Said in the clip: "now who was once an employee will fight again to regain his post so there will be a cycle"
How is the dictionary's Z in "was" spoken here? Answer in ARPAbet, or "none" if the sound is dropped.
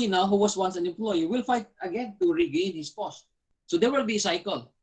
S